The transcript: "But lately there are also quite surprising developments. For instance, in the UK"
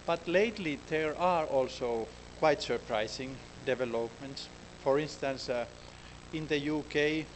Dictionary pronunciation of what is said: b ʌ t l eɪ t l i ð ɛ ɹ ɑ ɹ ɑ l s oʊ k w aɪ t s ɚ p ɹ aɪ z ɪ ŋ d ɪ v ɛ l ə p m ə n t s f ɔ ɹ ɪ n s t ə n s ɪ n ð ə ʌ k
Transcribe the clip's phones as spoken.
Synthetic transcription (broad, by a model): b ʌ t l eɪ t l i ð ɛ ɹ ɑ ɹ ɑ l s oʊ k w aɪ t s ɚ p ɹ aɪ s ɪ ŋ d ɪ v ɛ l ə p m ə n t s f ɔ ɹ ɪ n s t ə n s ɪ n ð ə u k